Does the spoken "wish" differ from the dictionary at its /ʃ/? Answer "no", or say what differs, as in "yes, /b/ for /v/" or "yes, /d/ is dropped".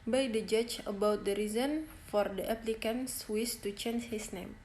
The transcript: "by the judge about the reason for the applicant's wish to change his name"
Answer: yes, /s/ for /ʃ/